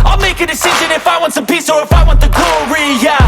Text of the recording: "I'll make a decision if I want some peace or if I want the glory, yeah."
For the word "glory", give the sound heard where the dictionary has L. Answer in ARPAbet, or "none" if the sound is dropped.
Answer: none